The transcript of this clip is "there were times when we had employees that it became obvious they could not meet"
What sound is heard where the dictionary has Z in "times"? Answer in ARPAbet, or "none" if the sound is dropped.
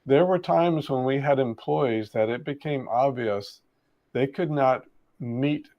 Z